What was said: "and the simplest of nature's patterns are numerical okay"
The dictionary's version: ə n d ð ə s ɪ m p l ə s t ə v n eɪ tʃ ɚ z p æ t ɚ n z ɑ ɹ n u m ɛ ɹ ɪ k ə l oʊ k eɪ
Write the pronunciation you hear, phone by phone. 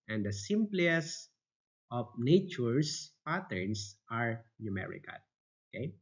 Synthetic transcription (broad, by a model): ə n d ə s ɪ m p l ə s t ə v n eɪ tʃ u s p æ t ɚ n s ɑ ɹ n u m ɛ ɹ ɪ k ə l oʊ k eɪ